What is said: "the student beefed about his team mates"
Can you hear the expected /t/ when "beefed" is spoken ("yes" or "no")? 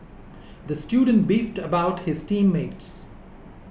yes